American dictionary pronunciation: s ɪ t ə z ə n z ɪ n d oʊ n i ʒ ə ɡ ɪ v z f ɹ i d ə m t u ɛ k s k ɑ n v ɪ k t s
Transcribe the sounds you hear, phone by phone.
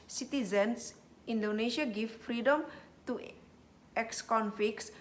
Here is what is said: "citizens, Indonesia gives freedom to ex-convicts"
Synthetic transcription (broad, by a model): s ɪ t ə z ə n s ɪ n d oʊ n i ʃ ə ɡ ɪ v f ɹ i d ə m t u ɛ k s k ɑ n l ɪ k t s